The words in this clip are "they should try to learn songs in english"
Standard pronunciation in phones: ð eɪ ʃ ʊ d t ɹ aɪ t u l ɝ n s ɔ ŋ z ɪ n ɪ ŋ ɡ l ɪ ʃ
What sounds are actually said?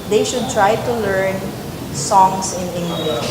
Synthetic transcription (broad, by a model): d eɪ ʃ ʊ d t ɹ aɪ t u l ɝ n s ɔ ŋ s ɪ n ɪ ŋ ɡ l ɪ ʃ